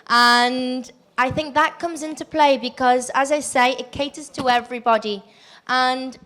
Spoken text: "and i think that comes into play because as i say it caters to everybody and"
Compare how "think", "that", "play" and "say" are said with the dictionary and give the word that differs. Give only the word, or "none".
none